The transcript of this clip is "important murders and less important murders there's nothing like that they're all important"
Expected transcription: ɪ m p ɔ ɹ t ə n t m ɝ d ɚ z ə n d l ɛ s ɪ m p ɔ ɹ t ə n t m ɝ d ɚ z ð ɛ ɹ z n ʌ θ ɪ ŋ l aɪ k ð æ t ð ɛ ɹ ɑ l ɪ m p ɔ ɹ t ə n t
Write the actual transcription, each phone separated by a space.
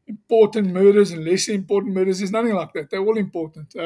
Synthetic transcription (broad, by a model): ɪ m p ɔ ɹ t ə n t m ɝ d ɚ z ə n l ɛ s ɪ m p ɔ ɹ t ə n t m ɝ d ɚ z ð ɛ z n ʌ θ ɪ ŋ l aɪ k ð æ t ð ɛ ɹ ɑ l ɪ m p ɔ ɹ t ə n t